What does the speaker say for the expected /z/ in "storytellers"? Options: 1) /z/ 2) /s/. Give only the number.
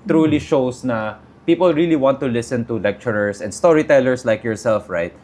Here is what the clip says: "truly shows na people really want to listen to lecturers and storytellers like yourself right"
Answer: 2